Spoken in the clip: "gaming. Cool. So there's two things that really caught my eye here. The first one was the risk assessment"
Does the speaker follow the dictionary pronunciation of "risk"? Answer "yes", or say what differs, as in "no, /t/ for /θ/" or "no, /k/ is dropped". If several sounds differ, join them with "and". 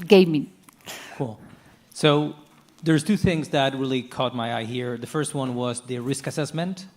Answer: yes